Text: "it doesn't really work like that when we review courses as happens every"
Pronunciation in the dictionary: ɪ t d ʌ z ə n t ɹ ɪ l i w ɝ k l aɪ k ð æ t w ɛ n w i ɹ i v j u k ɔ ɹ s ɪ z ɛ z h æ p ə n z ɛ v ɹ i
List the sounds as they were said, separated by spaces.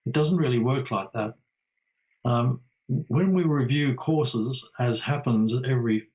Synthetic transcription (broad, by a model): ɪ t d ʌ z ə n t ɹ ɪ l i w ɝ k l aɪ k ð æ t w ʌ n w i ɹ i v j u k ɔ ɹ s ɪ z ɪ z h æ p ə n z ɛ v ɹ i